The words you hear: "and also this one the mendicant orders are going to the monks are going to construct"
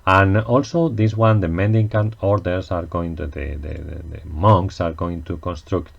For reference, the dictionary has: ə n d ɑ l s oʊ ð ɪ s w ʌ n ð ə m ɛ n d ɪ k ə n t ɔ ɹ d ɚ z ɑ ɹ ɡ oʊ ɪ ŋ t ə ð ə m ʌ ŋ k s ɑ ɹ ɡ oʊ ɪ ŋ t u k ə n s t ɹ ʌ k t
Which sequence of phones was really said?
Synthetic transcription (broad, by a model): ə n ɑ l s oʊ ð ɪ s w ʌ n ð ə m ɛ n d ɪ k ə n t ɔ ɹ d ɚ s ɑ ɹ ɡ oʊ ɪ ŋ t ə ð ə m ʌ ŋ k s ɑ ɹ ɡ oʊ ɪ ŋ t u k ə n s t ɹ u k t